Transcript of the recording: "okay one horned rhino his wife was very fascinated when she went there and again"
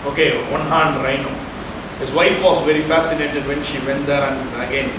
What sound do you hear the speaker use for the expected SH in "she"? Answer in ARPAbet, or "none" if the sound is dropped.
SH